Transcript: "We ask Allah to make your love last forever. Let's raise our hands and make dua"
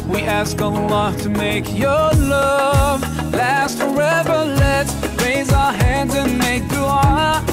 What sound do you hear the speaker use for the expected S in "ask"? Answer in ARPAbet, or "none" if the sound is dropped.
S